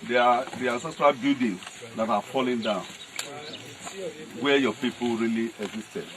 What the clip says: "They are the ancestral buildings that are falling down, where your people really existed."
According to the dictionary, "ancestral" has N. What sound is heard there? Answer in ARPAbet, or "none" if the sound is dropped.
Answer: none